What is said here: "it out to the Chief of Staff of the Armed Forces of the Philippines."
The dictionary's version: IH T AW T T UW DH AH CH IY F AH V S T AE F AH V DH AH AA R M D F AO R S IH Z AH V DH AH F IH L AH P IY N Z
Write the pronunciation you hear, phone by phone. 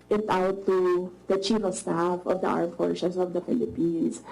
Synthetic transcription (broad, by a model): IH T AW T T UW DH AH CH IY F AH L S T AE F AH V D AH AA R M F AO R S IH S AH V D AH F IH L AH P IY N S